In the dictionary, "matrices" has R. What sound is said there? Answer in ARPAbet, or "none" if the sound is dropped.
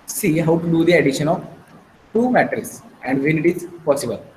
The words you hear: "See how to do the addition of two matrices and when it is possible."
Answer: none